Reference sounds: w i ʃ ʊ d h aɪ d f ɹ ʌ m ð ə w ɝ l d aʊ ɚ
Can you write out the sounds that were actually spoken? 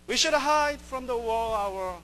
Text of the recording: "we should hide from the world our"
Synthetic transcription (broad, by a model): w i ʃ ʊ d h aɪ d f ɹ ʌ m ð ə w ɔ l aʊ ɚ